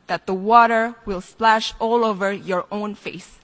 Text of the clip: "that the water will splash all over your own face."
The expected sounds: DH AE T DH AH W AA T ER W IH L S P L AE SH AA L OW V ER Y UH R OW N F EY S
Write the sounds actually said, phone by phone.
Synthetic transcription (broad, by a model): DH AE T DH AH W AA T ER W IH L S P L AE SH AA L OW V ER Y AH R OW N F EY S